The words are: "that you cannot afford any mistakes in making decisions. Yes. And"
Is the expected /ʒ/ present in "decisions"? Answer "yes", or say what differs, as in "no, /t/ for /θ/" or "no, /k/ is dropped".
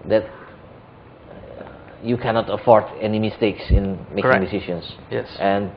no, /ʃ/ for /ʒ/